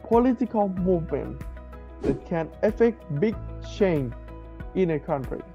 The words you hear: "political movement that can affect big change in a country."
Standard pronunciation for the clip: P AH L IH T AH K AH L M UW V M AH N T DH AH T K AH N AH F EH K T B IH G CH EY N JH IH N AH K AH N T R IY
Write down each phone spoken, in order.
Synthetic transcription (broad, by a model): P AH L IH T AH K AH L M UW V M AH N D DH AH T K AH N AH F EH K T B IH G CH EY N IH N AH K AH N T R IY